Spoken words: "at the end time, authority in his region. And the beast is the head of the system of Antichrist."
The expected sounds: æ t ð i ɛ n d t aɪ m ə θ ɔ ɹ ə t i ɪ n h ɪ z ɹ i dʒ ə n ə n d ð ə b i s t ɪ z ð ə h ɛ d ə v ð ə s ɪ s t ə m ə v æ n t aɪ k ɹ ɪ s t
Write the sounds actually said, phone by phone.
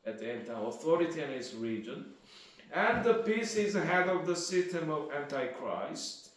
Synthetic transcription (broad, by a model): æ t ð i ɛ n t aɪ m ə θ ɔ ɹ ə t i ɪ n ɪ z ɹ i dʒ ə n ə n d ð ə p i s ɪ z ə h ɛ d ə v ð ə s ɪ s t ə m ə v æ n t aɪ k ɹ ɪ s t